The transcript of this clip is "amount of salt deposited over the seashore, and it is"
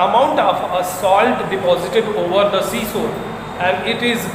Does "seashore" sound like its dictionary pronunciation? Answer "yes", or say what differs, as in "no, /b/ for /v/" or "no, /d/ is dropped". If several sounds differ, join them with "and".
no, /s/ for /ʃ/